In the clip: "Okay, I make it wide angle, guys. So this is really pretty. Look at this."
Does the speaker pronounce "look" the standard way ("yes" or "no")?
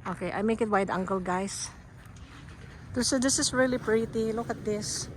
yes